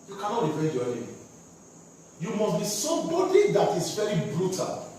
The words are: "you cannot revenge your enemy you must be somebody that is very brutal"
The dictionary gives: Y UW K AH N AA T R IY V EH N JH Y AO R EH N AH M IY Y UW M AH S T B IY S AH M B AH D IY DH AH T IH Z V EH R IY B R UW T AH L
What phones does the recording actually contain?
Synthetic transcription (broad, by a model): Y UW K AH N AA T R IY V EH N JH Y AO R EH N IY Y UW M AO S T B IY S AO B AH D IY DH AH T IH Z V EH R IY B R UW T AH L